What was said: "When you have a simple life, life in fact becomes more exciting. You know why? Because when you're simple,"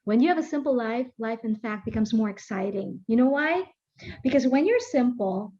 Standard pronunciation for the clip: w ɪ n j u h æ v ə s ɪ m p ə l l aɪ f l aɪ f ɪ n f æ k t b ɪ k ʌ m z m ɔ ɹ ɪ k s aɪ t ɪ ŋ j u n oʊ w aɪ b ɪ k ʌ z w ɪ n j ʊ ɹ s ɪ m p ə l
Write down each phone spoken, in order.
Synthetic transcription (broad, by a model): w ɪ n j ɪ v ə s ɪ m p l l aɪ f l aɪ f ɪ n f æ k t b ɪ k ʌ m z m ɔ ɹ ɪ k s aɪ t ɪ ŋ j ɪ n oʊ w aɪ b ɪ k ʌ z w ɪ n j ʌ ɹ s ɪ m p l